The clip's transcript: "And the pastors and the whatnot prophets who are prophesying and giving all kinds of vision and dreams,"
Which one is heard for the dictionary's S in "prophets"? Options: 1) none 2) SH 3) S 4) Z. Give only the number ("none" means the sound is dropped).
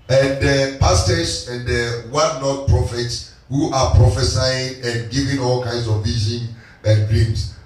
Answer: 3